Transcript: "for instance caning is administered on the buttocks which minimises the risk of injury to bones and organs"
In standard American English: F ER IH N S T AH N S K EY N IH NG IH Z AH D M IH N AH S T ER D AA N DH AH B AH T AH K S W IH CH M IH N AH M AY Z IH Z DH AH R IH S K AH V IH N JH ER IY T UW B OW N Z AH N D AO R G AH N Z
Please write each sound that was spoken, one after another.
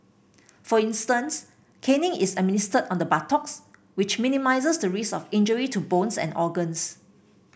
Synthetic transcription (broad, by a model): F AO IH N S T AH N S K EY N IH NG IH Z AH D M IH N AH S T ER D AA N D AH B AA T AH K S W IH CH M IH N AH M AY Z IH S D AH R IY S AH F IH N JH ER IY T UW B OW N S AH N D AO G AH N S